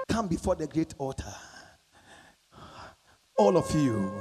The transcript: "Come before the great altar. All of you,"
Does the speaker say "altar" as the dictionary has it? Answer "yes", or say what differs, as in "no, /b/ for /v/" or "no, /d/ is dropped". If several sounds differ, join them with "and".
no, /l/ is dropped